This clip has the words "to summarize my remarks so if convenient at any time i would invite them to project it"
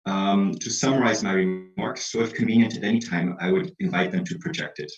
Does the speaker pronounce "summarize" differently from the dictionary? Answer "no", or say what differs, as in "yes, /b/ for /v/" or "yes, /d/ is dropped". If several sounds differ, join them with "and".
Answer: no